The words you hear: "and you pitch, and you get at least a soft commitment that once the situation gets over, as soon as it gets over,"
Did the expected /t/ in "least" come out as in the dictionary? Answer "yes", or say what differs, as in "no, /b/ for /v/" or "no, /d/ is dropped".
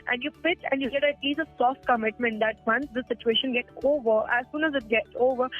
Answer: no, /t/ is dropped